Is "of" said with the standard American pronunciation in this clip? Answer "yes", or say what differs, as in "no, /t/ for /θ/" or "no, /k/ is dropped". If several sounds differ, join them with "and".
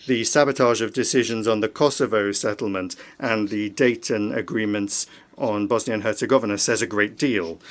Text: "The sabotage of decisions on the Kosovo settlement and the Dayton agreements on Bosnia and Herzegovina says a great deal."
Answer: yes